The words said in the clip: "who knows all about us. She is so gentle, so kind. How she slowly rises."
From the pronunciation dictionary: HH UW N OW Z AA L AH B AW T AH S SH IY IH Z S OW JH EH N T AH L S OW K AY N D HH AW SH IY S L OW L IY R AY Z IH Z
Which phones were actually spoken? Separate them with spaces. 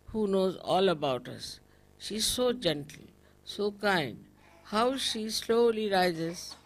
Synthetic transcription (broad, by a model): HH UW N OW Z AA L AH B AW T AH S SH IY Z S OW JH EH N T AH L S OW K AY N D HH AW SH IY S L OW L IY R AY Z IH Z